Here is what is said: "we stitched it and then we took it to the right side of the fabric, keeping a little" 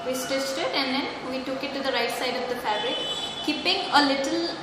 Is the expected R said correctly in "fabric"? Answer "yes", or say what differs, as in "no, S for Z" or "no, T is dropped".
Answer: no, R is dropped